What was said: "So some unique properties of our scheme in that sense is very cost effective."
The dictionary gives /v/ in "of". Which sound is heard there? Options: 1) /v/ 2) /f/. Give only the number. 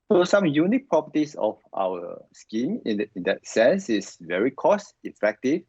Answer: 2